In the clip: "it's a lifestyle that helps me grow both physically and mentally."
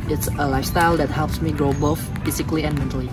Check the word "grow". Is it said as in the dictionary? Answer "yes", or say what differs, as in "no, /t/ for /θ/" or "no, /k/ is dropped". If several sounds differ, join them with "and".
yes